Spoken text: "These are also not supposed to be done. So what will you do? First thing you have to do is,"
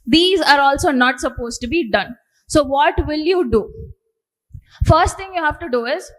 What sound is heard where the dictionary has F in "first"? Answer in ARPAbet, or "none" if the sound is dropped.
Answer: F